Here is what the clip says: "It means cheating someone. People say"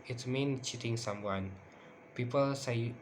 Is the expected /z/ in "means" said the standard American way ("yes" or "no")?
no